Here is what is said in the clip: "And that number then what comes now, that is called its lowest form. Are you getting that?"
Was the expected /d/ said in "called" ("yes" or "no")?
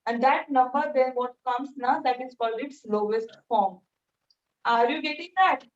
no